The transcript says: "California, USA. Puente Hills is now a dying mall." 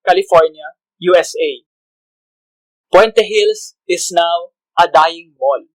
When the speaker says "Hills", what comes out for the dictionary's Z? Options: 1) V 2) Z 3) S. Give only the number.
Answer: 3